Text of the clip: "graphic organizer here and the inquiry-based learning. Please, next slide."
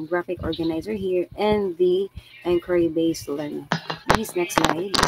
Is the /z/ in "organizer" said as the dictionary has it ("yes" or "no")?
yes